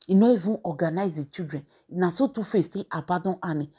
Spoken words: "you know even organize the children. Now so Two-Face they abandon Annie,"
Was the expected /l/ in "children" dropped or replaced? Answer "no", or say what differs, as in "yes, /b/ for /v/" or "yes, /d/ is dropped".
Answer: yes, /l/ is dropped